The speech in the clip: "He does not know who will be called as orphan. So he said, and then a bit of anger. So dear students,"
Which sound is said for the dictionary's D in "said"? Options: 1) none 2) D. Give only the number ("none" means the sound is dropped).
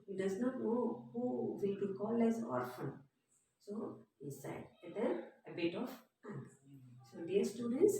1